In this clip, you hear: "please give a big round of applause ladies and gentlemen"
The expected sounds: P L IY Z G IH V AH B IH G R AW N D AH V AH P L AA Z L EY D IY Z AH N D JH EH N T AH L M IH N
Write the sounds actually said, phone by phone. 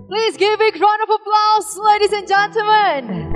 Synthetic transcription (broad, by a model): P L IY Z G IH V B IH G R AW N AH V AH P L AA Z L EY D IY Z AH N JH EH N T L M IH N